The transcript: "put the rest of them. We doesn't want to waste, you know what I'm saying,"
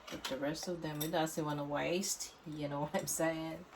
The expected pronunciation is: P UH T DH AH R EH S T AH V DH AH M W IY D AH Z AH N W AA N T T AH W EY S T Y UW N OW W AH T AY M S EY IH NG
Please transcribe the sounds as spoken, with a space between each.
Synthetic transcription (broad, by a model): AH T DH AH R EH S T AH V DH AH M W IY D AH S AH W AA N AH W EY S T Y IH N OW W AH T AY M S EY IH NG